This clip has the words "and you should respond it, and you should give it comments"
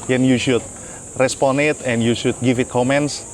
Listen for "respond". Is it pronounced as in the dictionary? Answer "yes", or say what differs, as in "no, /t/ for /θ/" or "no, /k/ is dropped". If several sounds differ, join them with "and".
no, /d/ is dropped